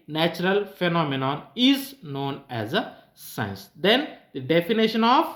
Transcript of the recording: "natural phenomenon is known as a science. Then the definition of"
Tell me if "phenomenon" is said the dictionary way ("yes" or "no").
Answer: yes